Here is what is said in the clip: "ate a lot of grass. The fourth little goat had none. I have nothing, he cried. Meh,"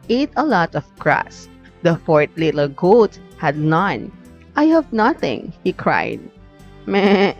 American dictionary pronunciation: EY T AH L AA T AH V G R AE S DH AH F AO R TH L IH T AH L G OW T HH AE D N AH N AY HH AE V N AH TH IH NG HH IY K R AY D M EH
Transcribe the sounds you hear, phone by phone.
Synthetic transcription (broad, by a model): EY T AH L AA T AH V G R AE S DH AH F AO R T L IH T AH L G OW T HH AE D N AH N AY HH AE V N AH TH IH NG HH IY K R AY D M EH